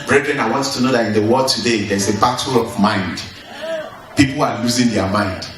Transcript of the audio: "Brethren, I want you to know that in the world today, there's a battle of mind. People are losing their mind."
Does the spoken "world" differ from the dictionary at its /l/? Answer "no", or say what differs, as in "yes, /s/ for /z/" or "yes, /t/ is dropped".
yes, /l/ is dropped